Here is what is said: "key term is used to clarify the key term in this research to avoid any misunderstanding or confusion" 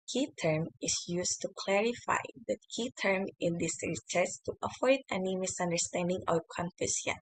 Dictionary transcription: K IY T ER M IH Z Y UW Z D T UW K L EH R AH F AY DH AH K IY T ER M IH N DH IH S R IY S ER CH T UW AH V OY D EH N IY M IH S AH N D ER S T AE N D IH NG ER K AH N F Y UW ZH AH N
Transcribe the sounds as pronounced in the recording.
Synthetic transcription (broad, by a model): K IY T ER M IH S Y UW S T UW K L EH R AH F AY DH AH K IY T ER M IH N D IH S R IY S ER S T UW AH F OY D EH N IY M IH S AH N D ER S T AE N D IH NG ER K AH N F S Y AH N